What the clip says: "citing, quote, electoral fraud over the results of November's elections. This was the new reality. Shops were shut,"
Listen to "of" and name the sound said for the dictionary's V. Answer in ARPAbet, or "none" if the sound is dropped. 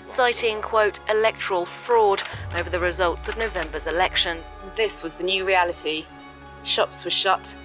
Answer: V